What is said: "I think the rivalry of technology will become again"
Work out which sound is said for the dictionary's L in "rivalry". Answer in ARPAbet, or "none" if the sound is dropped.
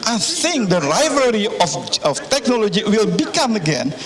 none